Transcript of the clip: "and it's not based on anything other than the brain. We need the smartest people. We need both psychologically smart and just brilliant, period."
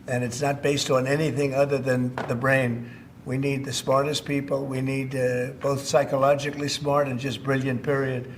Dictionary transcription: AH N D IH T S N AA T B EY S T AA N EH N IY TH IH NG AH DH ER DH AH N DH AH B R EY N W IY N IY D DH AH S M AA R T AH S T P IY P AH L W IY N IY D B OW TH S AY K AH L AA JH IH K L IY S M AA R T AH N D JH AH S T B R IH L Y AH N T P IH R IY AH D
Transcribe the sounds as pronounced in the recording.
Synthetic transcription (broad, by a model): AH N IH T S N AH T B EY S T N EH N IY TH IH NG AH DH ER DH AH N DH AH B R EY N W IY N IY D DH AH S M AA R T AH S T P IY P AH L W IY N IY D B OW TH S AY K AH L AA JH IH K L IY S M AA R T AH N JH AH S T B R IH L Y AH N P IH R IY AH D